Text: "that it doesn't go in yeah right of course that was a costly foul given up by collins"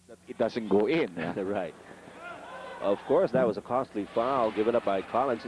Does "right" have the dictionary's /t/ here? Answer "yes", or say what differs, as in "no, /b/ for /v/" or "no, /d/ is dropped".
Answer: yes